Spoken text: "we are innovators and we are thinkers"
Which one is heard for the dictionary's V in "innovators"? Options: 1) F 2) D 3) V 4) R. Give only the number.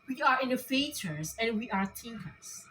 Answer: 1